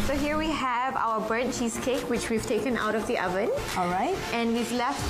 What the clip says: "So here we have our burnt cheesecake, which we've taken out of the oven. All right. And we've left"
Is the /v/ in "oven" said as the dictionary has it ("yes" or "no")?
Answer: yes